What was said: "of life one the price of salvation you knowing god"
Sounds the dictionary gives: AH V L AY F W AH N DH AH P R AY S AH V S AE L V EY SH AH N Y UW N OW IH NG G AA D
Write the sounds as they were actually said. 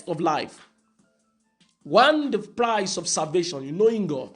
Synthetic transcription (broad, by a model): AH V L AY F W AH N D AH P R AY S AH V S AE L V EY SH AH N Y UW N OW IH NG G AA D